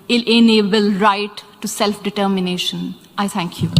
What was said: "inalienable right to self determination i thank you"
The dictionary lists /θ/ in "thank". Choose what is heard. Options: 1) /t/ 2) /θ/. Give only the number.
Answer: 1